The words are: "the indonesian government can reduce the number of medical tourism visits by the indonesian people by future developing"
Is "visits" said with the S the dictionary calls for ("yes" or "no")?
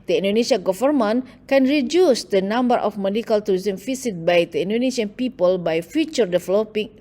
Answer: no